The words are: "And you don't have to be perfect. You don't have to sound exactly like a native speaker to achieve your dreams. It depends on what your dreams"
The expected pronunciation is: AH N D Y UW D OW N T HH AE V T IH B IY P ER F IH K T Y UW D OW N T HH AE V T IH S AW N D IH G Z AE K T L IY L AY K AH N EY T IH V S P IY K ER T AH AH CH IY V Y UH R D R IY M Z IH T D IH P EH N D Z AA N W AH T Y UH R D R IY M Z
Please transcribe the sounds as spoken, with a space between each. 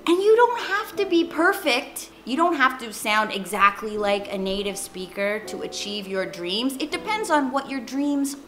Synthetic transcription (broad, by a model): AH N Y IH D OW N T HH AE F T IH B IY P ER F IH K T Y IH D OW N T HH AE F T IH S AW N D IH G Z AE K T L IY L AY K AH N EY T IH V S P IY K ER T AH AH CH IY V Y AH R D R IY M Z IH T D IH P EH N D Z N W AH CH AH R D R IY M Z